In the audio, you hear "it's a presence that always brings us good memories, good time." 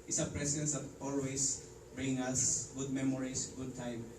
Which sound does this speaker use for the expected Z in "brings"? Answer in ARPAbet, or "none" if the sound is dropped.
none